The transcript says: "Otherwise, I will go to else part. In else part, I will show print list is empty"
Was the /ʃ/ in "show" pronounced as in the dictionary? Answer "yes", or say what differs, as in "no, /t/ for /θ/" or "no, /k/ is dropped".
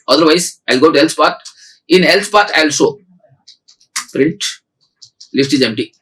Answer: no, /s/ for /ʃ/